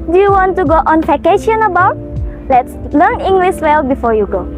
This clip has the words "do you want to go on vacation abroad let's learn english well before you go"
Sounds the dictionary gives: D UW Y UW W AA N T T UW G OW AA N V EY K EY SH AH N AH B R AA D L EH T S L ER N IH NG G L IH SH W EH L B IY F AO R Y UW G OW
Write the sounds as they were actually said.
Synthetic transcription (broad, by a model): D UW Y UW W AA N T T UW G OW AA N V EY K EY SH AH N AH B AA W L EH T S L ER N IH NG G L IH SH W EH L B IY F AO Y UW G OW